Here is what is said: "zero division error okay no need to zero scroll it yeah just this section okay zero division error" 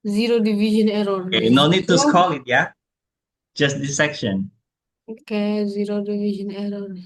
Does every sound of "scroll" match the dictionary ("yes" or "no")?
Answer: no